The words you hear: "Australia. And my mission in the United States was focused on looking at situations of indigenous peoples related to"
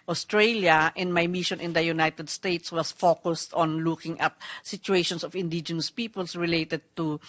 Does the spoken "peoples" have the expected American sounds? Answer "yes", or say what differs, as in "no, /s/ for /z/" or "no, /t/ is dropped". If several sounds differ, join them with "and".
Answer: no, /s/ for /z/